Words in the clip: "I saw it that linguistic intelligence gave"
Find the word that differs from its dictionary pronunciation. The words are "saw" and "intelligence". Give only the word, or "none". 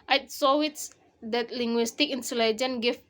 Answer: intelligence